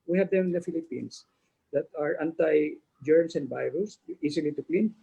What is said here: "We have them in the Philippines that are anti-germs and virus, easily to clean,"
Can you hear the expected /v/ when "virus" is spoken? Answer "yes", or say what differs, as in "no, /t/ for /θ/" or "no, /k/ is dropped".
no, /b/ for /v/